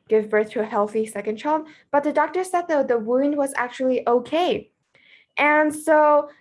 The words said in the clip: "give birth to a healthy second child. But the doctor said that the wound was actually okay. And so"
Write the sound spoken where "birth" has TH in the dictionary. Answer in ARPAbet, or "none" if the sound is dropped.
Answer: TH